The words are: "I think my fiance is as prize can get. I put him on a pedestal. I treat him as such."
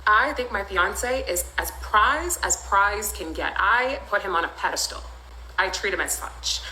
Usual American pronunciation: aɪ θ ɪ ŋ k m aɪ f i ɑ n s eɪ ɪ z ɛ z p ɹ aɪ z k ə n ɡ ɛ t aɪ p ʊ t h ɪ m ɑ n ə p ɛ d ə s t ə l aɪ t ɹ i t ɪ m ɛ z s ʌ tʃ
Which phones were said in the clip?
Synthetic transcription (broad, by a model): aɪ θ ɪ ŋ k m aɪ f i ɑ n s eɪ ɪ z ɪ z p ɹ aɪ z k ə n ɡ ɛ t aɪ p ʊ t h ɪ m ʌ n ə p ɛ d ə s t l aɪ t ɹ i t ɪ m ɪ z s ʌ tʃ